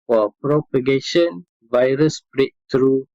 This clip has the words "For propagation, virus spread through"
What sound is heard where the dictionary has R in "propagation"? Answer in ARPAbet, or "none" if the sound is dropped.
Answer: R